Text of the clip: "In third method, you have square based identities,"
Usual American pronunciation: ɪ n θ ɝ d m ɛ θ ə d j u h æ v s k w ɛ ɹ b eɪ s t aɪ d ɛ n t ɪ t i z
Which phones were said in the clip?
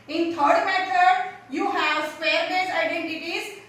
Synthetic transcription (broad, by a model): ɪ n t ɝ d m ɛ t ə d j u h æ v s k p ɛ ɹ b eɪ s aɪ d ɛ n t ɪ t i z